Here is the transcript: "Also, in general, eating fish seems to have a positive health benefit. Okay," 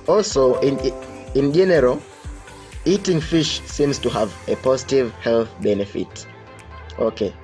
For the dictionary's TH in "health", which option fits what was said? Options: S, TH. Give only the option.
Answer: TH